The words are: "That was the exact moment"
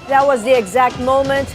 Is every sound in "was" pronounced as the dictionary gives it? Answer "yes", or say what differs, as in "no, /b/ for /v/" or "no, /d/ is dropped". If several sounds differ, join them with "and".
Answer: yes